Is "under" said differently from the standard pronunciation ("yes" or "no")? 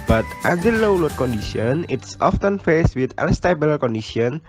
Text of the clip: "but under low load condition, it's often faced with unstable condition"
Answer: yes